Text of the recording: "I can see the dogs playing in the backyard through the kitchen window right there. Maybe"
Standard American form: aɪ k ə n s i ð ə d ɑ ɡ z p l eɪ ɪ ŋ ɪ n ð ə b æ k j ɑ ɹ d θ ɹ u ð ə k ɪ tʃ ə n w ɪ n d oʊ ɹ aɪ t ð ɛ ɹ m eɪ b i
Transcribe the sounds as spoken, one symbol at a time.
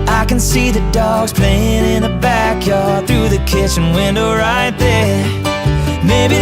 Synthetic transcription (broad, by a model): aɪ k ə n s i ð ə d ɑ ɡ z p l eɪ ɪ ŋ ɪ n ð ə b æ k j ɑ ɹ d θ ɹ u ð ə k ɪ tʃ ə n w ɪ n d oʊ ɹ aɪ t ð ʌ ɹ m eɪ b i